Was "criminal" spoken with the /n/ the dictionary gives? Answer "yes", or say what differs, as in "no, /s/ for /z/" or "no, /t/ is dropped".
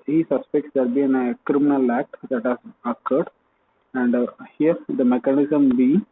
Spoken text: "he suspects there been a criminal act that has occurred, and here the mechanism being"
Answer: yes